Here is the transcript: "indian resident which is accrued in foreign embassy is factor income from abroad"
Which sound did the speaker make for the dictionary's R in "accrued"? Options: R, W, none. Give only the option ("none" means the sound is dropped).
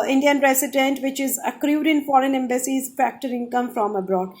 R